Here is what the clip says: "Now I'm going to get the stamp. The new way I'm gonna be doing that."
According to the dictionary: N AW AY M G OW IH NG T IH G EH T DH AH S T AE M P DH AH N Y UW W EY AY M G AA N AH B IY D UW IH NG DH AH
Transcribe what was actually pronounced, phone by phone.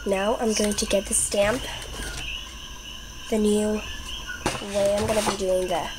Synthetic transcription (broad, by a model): N AW AY M G OW IH NG T IH G EH T DH AH S T AE M P DH AH N Y UW W EY AY M G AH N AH B IY D UW IH NG DH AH